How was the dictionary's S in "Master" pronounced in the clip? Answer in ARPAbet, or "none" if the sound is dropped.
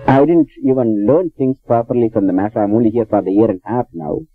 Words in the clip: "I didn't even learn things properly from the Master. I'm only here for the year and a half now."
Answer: none